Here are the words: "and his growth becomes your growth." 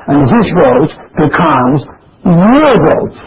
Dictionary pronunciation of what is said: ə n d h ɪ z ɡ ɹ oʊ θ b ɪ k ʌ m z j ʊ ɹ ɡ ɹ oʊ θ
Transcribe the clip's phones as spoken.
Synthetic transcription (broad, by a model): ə n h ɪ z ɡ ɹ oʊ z b ɪ k ʌ m z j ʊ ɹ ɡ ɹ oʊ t